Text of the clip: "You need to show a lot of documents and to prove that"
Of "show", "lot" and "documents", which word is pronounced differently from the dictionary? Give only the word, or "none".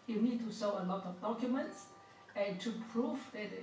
show